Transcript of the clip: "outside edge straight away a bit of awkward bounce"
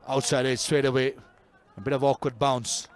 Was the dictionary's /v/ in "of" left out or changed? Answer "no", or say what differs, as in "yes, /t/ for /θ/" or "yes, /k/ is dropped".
no